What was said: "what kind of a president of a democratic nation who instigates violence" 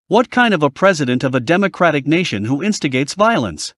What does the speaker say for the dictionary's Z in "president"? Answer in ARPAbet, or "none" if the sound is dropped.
Z